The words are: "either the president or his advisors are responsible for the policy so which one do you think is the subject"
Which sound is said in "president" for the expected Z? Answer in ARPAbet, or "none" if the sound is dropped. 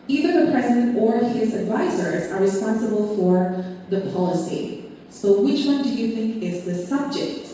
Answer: Z